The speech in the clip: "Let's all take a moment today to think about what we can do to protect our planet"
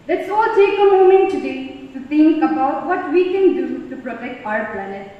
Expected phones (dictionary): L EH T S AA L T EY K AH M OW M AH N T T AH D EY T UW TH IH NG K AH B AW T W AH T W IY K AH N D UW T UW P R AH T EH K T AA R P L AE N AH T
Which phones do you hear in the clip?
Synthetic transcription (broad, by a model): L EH T S AA L T EY K AH M OW M AH N T T AH D EY T UW T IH NG K AH B AW T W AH T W IY K AH N D UW T UW P R AH T EH K T AA R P L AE N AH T